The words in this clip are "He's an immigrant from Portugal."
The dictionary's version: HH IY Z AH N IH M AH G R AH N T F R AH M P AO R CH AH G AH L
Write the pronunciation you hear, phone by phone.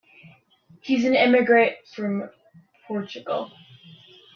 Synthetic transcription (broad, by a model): HH IY Z AH N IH M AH G R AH T F R AH M P AO R CH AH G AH L